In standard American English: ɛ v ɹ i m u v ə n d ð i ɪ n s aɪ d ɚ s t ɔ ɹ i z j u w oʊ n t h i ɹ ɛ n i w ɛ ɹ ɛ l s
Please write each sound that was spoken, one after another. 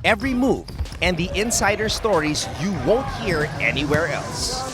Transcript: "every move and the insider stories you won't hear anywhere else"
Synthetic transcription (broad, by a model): ɛ v ɹ i m u v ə n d ð i ɪ n s aɪ d ɚ s t ɔ ɹ i z j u w oʊ n t h i ɹ ɛ n i w ɛ ɹ ɛ l s